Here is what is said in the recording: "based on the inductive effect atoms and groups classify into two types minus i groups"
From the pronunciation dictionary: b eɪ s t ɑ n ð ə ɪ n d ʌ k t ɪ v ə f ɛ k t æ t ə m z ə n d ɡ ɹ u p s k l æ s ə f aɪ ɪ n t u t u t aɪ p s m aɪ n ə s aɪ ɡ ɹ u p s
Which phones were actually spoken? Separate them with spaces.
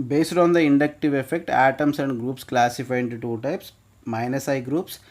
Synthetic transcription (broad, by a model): b eɪ s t ɑ n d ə ɪ n d ʌ k t ɪ v ə f ɛ k t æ t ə m s ə n d ɡ ɹ u p s k l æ s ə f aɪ ɪ n t u t u t aɪ p s m aɪ n ə s aɪ ɡ ɹ u p s